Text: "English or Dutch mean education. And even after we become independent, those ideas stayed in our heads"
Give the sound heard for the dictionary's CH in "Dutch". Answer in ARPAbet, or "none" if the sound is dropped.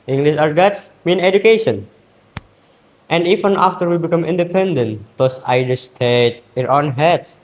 S